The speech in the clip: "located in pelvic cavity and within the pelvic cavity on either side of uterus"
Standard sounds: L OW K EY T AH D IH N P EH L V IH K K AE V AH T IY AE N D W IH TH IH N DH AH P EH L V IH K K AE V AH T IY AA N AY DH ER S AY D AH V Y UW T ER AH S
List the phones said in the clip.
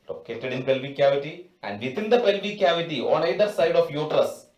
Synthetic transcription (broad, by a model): L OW K EY T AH D IH N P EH L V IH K K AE V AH T IY AE N D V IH T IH N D AH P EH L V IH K K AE V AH T IY AA N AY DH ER S AY D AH F Y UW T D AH S